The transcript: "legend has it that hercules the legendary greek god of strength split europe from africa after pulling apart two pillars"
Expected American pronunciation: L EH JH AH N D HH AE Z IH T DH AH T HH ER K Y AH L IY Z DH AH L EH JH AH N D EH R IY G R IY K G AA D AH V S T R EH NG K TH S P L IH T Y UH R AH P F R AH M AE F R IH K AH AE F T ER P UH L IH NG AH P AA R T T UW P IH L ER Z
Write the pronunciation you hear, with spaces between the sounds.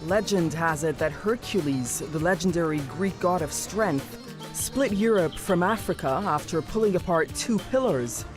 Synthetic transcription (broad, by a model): L EH JH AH N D HH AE Z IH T DH AH T HH ER K Y AH L IY Z DH AH L EH JH N D EH R IY G R IY K G AA D AH V S T R EH NG K TH S P L IH T Y UH R AH P F R AH M AE F R IH K AH AE F T ER P UH L IH NG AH P AA R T T UW P IH L ER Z